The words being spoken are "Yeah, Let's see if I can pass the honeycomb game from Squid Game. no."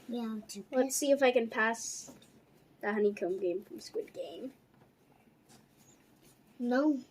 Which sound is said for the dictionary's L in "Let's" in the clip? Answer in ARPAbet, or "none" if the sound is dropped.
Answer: W